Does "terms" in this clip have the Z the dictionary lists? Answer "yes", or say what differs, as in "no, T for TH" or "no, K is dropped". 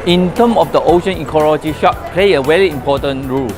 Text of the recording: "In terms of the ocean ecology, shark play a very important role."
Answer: no, Z is dropped